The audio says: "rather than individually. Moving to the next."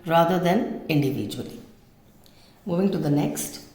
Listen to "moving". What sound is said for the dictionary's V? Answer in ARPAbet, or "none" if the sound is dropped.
V